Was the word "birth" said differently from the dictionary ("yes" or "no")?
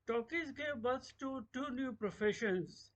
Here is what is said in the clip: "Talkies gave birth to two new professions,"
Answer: yes